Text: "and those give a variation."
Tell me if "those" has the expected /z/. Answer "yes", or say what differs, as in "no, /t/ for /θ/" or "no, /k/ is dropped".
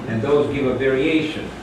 yes